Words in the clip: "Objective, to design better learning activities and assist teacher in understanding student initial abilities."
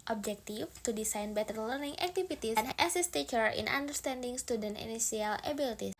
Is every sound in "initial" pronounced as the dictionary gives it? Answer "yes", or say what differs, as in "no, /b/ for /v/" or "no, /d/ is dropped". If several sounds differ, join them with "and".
no, /s/ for /ʃ/